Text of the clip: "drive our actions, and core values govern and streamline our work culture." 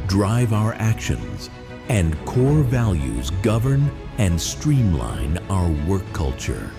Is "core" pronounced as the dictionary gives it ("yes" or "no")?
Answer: yes